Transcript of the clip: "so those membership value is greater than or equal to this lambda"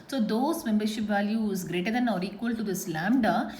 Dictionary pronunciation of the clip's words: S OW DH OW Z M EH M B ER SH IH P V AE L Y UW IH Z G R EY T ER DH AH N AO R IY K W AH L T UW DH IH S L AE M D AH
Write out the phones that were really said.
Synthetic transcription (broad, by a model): S OW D OW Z M EH M B ER SH IH P V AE L Y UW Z G R EY T ER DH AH N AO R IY K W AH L T UW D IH S L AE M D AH